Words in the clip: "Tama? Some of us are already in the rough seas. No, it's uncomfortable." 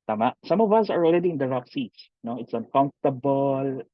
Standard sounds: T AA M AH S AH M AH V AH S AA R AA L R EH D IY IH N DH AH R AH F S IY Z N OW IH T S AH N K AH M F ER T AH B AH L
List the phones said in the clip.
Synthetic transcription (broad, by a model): T AA M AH S AH M AH V AH S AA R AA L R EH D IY IH N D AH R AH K S IY S N OW IH T S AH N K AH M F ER T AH B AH L